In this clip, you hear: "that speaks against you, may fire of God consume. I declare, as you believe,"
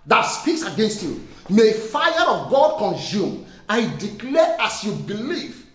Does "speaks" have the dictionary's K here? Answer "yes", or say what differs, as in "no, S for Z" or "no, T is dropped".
yes